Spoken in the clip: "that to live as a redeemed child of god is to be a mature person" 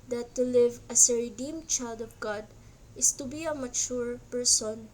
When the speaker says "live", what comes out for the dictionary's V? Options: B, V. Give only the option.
V